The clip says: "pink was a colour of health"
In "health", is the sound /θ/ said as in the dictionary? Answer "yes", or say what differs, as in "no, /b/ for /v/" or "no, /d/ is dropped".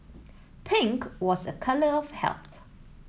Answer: yes